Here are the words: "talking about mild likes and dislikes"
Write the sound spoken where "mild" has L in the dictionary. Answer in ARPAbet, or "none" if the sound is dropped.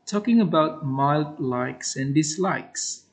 L